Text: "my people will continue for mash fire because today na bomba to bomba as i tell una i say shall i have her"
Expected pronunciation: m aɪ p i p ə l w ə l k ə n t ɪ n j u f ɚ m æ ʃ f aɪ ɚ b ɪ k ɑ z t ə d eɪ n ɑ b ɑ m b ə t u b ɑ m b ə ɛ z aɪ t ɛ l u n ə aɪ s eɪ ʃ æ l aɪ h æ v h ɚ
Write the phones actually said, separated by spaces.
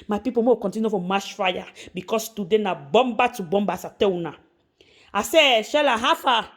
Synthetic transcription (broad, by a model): m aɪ p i p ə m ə k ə n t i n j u f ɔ m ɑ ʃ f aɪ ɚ b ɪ k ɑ s t ə d eɪ n ɑ b ɑ m b ə t u b ɑ m b ə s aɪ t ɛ w u n ə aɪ s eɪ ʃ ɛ l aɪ h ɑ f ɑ